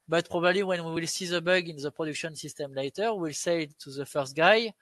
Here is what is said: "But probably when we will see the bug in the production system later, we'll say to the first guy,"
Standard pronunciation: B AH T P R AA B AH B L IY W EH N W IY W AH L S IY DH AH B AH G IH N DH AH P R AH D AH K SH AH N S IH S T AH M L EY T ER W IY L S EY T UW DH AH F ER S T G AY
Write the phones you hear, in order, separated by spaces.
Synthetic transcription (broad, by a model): B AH T P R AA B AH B L IY W EH N W IY W AH L S IY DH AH B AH G IH N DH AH P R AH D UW K SH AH N S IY S T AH M L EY T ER W IY L S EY T UW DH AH F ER S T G AY